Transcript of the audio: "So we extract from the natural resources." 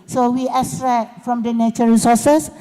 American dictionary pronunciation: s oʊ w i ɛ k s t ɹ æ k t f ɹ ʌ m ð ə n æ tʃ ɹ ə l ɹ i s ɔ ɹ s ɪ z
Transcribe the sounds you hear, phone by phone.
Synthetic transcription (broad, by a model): s oʊ w i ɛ s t ɹ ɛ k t f ɹ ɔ m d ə n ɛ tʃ ə ɹ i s ɔ s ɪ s